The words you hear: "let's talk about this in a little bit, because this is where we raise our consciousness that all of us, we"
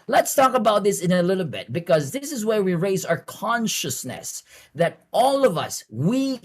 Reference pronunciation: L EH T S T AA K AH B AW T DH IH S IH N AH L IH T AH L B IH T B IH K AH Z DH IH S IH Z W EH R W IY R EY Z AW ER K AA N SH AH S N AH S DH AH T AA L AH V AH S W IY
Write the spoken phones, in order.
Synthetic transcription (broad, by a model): L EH T S T AA K AH B AW T DH IH S IH N AH L IH T L B IH T B IH K AH Z DH IH S IH Z W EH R W IY R EY Z AW ER K AA N SH AH S N AH S DH AH T AA L AH V AH S W IY